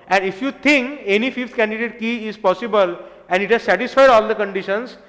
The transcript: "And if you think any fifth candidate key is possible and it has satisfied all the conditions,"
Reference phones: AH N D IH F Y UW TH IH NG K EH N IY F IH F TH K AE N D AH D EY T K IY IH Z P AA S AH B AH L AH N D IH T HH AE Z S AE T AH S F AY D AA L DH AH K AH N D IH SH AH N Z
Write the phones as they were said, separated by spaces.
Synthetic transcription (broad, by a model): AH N D IH F Y UW T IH NG K EH N IY F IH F T K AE N D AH D EY T K IY IH Z P AA S AH B AH L AH N D IH T HH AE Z S AE T AH S F AY D AA L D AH K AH N D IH SH AH N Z